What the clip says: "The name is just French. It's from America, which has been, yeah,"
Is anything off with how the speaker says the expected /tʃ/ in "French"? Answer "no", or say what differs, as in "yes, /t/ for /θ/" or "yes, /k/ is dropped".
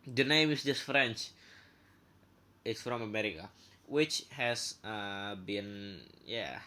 no